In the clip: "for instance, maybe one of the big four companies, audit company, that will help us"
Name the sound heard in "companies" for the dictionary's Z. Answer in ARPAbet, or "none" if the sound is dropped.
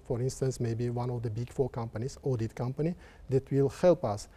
S